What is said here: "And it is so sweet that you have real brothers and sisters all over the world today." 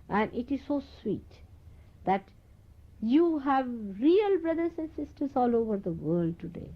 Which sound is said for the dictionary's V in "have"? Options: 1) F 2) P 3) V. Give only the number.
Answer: 3